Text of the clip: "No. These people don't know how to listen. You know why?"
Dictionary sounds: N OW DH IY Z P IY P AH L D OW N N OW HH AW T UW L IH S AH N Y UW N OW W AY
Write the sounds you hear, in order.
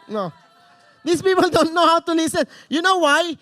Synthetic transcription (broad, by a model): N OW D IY S P IY P AH L D OW N N OW HH AW T UW L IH S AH N Y UW N OW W AY